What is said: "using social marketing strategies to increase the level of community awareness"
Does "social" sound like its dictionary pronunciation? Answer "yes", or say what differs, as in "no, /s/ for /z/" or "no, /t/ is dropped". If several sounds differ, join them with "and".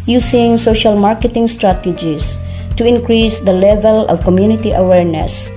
yes